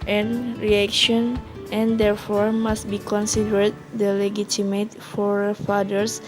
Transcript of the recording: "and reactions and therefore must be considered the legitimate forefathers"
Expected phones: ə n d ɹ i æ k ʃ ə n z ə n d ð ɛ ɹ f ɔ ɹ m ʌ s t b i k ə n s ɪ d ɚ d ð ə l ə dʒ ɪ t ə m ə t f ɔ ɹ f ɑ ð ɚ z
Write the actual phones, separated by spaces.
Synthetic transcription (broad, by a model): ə n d ɹ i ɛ k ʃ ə n ə n d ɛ ɹ f ɔ ɹ m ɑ s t b i k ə n s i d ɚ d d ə l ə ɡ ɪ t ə m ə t f ɔ ɹ f ɑ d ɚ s